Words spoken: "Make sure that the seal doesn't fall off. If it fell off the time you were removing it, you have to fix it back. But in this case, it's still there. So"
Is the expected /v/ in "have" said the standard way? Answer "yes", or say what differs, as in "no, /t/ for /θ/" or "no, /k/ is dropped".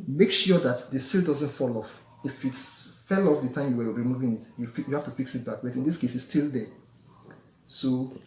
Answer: no, /f/ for /v/